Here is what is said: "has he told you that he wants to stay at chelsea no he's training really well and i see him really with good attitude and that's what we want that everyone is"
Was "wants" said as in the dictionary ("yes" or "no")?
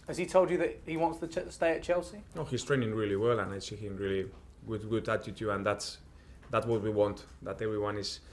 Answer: yes